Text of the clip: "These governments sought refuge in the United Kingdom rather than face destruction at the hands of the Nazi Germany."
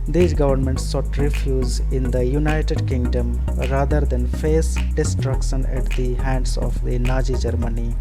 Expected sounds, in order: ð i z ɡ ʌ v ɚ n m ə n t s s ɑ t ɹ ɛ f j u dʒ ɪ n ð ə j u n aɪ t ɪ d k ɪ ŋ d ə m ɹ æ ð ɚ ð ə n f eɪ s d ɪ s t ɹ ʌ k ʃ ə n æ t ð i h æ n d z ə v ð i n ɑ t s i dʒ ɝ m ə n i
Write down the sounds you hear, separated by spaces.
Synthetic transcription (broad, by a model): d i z ɡ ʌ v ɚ n m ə n t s s ɑ t ɹ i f j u z ɪ n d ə j u n aɪ t ɪ d k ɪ ŋ d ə m ɹ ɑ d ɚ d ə n f eɪ s d ɪ s t ɹ ʌ k ʃ ə n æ t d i h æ n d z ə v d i n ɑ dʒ i dʒ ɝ m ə n i